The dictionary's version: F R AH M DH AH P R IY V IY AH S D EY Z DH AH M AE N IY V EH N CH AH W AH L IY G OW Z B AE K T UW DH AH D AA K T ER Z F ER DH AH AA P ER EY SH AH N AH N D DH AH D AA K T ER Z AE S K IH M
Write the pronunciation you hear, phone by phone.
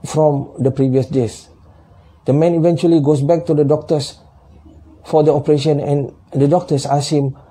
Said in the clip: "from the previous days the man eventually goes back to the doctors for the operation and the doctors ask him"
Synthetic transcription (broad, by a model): F R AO M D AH P R IY V IY AH S D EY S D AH M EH N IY V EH N CH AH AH L IY G OW S B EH K T UW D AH D AA K T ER S F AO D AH AA P ER EY SH AH N AH N D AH D AA K T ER S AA S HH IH M